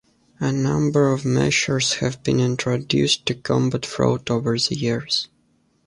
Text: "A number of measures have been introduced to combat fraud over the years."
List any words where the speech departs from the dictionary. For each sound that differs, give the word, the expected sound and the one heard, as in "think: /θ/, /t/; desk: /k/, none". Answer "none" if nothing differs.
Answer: measures: /ʒ/, /ʃ/